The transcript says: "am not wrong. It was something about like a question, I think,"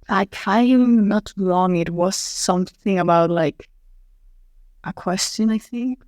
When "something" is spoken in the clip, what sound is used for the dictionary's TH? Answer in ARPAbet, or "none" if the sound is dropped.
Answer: TH